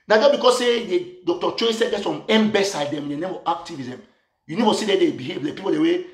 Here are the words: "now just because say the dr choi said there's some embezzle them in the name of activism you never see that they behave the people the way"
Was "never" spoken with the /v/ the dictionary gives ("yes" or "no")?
no